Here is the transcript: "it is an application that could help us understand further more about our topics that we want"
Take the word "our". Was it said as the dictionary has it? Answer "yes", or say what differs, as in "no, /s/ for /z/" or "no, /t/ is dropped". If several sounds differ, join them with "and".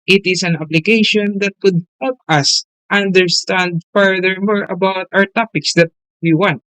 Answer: yes